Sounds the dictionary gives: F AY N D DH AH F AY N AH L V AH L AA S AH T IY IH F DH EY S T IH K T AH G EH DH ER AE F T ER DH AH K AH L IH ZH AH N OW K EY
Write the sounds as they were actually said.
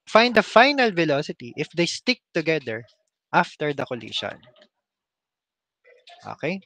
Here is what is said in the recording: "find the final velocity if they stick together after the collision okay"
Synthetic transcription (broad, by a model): F AY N D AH F AY N AH L V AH L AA S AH T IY IH F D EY S T IH K T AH G EH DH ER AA F T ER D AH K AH L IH SH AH N OW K EY